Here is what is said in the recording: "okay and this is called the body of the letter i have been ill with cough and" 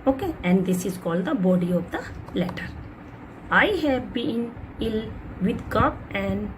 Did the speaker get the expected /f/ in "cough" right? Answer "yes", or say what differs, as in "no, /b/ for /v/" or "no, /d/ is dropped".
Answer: no, /p/ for /f/